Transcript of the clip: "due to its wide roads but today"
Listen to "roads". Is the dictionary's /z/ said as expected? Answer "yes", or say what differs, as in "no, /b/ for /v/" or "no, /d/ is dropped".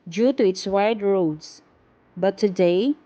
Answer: no, /s/ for /z/